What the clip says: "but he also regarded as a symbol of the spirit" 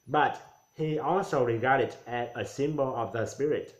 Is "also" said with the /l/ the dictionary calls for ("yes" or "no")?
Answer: yes